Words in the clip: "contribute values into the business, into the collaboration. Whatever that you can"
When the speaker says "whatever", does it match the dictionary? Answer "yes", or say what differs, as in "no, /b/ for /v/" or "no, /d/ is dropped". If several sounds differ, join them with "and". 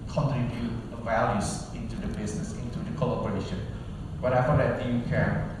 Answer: no, /f/ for /v/